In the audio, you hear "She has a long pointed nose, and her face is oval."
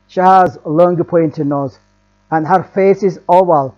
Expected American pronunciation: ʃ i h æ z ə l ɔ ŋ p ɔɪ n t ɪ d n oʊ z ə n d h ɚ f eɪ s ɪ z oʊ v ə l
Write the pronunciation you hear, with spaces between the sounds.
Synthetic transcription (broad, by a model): ʃ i h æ z l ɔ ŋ p ɔɪ n t ɪ d n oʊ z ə n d h ɚ f eɪ s ɪ z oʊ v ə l